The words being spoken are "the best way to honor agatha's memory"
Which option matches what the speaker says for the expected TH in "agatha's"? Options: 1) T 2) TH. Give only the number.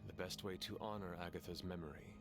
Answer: 2